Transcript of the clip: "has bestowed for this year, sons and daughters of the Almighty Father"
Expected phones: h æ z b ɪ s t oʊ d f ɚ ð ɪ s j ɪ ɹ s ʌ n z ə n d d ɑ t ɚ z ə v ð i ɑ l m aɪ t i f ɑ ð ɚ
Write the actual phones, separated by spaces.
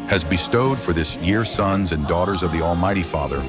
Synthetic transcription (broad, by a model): h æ z b ɪ s t oʊ d f ɚ ð ɪ s j ɪ ɹ s ʌ n z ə n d d ɑ t ɚ z ə v ð i ɑ l m aɪ t i f ɑ ð ɚ